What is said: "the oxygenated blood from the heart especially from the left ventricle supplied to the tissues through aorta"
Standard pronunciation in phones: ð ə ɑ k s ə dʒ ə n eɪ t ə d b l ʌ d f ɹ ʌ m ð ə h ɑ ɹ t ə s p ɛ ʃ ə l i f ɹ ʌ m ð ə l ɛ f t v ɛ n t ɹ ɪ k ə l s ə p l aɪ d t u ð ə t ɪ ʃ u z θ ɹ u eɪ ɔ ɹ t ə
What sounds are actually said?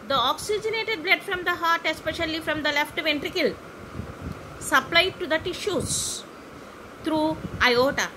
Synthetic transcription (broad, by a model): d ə ɑ k s ə dʒ ə n eɪ t ə d b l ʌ d f ɹ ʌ m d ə h ɑ ɹ t ə s p ɛ ʃ ə l i f ɹ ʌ m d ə l ɛ f t v ɛ n t ɹ ɪ k ə l s ə p l aɪ d t u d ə t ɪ ʃ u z t ɹ u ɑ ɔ t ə